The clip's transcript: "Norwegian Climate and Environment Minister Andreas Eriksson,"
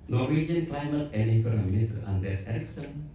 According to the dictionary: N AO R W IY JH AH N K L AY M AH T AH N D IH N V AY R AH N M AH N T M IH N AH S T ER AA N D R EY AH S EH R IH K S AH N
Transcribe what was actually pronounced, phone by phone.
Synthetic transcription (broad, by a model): N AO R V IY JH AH N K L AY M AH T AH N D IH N F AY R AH M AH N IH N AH S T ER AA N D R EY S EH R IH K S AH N